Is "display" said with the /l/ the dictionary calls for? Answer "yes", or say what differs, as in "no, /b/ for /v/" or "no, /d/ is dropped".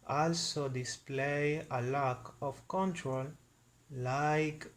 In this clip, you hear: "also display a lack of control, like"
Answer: yes